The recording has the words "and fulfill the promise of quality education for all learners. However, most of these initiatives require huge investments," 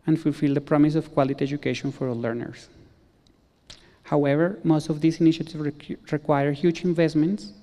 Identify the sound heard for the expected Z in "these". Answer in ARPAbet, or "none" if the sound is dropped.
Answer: S